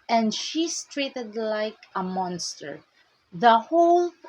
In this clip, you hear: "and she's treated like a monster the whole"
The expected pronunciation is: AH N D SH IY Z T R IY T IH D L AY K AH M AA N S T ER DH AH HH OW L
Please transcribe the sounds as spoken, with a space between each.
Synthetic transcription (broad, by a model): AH N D SH IY S T R IY T IH D L AY K AH M AA N S T ER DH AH HH OW L